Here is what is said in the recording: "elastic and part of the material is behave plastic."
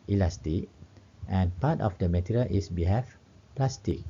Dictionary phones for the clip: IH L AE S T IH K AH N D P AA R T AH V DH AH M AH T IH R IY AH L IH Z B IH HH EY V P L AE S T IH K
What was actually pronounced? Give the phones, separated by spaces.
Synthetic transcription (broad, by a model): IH L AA S T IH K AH N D P AA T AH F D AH M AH T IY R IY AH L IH S B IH HH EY F P L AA S T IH K